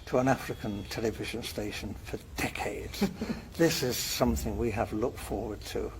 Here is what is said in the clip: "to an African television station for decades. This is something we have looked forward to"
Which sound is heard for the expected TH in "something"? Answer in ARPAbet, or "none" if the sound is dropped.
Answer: TH